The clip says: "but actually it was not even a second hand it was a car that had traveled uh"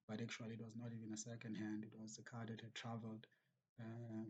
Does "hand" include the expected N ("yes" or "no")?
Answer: yes